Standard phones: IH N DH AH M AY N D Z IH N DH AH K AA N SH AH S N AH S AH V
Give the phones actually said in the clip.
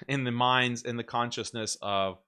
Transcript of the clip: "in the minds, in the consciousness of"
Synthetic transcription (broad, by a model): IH N DH AH M AY N D Z IH N DH AH K AA N SH AH S N AH S AH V